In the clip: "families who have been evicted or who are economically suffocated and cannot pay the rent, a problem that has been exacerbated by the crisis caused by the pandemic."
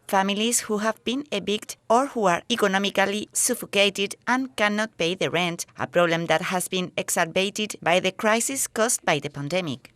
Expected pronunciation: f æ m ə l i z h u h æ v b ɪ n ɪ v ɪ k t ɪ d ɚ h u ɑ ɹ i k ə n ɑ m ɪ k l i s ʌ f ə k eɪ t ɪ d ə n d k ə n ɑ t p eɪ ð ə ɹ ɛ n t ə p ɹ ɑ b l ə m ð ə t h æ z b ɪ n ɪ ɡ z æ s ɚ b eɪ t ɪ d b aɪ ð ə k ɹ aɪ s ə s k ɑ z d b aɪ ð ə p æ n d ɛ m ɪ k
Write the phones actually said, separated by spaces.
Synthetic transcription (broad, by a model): f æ m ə l i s h u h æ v b ɪ n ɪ b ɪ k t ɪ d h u ɑ ɹ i k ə n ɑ m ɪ k l i s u f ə k eɪ t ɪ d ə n k ə n ɑ t p eɪ ð ə ɹ ɛ n t ə p ɹ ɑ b l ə m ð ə t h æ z b ɪ n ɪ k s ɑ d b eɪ t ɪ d b aɪ ð ə k ɹ aɪ s ə s k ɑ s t b aɪ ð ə p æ n d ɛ m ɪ k